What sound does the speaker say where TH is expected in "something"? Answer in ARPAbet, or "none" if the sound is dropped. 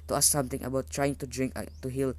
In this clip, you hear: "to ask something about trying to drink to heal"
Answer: T